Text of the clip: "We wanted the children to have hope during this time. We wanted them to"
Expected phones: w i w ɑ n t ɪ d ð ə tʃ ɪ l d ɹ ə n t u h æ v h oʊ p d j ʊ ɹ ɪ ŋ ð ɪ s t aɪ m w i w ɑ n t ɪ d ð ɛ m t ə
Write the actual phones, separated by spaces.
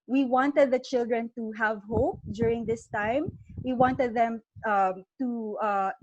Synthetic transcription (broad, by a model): w i w ɑ n t ɪ d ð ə tʃ ɪ l d ɹ ə n t u h æ v h oʊ p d j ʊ ɹ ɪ ŋ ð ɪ s t aɪ m w i w ɑ n t ɪ d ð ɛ m t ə